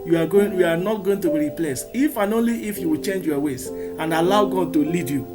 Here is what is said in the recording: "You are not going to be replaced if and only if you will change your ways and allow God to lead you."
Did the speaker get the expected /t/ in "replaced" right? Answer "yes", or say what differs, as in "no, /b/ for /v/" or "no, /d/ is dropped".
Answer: no, /t/ is dropped